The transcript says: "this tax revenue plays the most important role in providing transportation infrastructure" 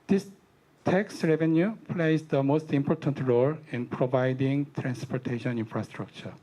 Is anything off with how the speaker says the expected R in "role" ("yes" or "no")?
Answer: no